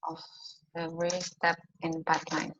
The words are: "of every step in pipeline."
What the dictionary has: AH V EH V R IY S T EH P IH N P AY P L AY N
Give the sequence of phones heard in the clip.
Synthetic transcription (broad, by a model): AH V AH R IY S T EH P IH N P AY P L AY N